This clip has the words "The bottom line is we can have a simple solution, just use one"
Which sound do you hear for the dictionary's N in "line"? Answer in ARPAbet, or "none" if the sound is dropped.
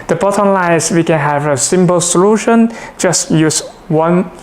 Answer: none